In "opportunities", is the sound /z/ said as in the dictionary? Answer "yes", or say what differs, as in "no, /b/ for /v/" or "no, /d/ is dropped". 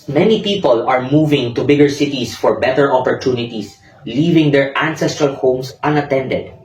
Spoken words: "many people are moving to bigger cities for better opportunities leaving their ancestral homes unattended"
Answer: no, /s/ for /z/